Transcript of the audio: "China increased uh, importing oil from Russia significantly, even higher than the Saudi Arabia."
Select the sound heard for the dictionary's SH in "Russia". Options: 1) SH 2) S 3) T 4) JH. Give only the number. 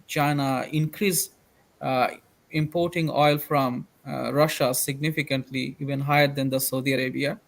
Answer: 1